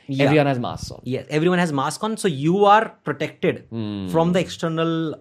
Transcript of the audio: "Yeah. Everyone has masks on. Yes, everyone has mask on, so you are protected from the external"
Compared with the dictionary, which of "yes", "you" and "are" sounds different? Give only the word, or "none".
none